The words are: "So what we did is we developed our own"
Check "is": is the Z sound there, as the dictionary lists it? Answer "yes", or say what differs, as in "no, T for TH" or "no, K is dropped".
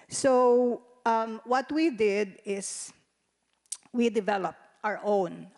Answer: no, S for Z